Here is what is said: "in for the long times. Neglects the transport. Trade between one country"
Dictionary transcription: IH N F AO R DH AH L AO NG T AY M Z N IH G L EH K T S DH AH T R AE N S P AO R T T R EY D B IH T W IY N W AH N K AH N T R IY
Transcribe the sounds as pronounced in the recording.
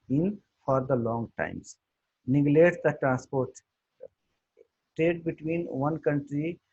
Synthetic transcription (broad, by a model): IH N F AO R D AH L AO NG T AY M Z N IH G L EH T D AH T R AE N S P AO R T T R EY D B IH T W IY N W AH N K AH N T R IY